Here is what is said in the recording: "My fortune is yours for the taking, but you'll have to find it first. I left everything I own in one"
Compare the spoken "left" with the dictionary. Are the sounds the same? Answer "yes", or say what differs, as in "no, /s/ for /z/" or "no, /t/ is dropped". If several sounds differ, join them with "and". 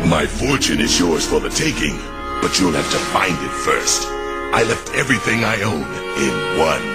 yes